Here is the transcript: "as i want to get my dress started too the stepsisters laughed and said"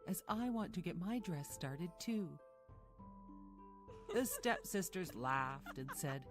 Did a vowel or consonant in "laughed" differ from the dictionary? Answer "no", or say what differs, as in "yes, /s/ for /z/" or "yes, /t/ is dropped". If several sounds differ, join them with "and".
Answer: no